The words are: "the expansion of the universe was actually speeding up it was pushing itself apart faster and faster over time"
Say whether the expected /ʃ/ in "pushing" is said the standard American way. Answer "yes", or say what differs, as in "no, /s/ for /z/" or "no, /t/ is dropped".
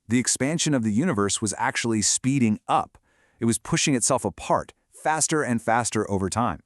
yes